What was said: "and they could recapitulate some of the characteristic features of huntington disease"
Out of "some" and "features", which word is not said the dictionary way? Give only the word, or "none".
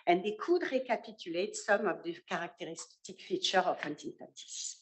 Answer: features